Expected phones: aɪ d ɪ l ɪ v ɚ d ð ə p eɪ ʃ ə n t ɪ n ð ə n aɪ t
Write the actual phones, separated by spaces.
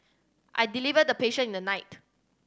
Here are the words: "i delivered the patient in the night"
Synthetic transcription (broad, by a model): aɪ d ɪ l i v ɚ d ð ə p eɪ ʃ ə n ɪ n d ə n aɪ t